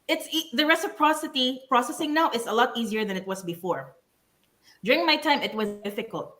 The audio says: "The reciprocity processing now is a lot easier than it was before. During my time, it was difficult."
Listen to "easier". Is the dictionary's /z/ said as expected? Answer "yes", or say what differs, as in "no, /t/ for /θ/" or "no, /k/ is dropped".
yes